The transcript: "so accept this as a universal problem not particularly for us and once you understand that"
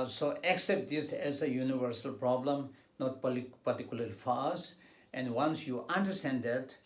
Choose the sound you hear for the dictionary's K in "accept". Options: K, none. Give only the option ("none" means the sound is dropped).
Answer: K